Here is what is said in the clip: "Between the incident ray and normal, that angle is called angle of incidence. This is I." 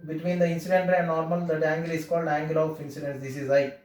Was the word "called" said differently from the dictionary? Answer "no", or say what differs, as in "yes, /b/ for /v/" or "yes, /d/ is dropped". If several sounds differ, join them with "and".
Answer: no